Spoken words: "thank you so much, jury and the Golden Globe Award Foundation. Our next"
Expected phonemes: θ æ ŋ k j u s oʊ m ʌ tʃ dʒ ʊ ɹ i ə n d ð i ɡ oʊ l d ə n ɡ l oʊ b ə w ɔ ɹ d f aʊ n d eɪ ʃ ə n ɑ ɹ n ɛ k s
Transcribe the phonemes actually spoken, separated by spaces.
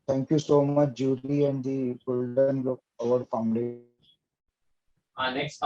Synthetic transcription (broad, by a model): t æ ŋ k j u s oʊ m ʌ tʃ dʒ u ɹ i ə n d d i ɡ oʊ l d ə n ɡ oʊ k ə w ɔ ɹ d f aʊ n d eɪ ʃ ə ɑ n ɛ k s